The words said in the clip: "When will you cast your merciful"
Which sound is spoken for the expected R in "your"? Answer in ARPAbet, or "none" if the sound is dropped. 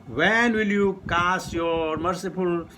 R